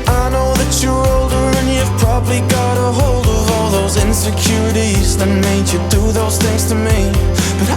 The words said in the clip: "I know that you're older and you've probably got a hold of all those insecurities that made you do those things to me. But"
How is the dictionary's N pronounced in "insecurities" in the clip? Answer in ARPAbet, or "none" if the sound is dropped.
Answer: N